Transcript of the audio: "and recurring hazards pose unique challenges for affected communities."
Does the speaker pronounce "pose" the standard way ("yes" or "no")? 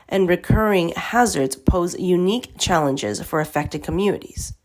yes